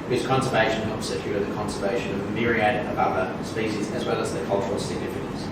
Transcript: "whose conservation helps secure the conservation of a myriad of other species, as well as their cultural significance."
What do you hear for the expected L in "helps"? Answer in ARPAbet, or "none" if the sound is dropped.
none